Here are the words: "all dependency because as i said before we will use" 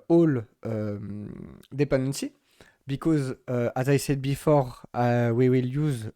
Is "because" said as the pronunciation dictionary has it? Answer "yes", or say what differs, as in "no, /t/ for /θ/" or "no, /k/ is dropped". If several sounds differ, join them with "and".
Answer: yes